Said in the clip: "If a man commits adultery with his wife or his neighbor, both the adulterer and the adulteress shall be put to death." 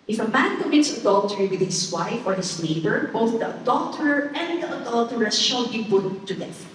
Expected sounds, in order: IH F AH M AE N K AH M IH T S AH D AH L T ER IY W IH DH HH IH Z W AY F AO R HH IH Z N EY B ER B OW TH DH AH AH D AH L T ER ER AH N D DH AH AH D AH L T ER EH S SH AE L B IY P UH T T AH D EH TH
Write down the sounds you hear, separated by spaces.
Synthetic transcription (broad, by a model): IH F AH M AE N K AH M IH T S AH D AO L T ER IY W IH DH HH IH S W AY F AO R HH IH S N EY B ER B OW TH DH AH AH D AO L T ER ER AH N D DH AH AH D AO L T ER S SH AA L B IY B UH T T AH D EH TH